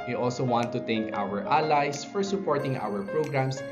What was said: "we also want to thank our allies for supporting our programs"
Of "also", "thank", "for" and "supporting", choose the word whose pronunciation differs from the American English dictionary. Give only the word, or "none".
thank